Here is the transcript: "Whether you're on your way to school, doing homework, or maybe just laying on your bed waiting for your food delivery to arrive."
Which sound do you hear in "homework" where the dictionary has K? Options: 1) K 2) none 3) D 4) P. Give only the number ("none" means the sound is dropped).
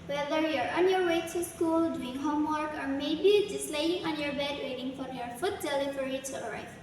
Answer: 1